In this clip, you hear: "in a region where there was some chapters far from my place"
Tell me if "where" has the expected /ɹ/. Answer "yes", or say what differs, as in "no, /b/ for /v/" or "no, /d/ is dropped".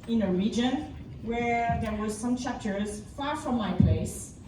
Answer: yes